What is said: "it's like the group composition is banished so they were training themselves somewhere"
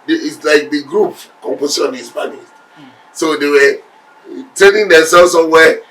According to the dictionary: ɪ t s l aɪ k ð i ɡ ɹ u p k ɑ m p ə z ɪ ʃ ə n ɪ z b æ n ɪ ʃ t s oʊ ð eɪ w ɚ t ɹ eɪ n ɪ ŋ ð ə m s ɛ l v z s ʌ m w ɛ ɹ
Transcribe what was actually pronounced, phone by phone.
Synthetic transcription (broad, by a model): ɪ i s l aɪ k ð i ɡ ɹ u p k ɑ m p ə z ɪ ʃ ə n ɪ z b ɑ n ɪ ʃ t s oʊ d eɪ w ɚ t eɪ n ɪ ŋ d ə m s ɛ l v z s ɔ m w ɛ